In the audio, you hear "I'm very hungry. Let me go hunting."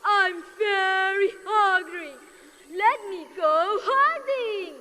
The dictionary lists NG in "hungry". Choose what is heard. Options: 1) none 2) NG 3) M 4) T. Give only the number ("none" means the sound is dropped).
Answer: 1